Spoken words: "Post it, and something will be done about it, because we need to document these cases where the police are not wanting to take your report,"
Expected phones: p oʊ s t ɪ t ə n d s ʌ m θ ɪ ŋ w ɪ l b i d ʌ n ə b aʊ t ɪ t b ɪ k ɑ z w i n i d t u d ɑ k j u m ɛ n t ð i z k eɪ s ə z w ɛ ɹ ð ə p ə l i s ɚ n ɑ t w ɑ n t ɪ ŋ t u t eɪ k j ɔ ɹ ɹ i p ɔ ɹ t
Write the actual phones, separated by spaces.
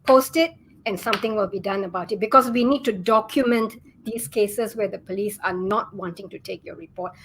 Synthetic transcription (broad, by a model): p oʊ s t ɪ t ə n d s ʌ m t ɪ ŋ w ɪ l b i d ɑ n ə b aʊ t ɪ t b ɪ k ɑ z w i n i d t u d ɑ k j u m ɛ n t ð i s k eɪ s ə s w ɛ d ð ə p ə l i s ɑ n ɑ t w ɑ n t ɪ ŋ t u t eɪ k j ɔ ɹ ɹ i p ɔ t